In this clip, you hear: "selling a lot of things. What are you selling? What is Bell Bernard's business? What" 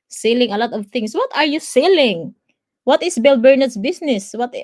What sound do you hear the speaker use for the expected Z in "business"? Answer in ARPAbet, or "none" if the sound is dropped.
S